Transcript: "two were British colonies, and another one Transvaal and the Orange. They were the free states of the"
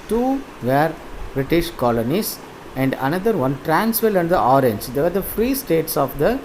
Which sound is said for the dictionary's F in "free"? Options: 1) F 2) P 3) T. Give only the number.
1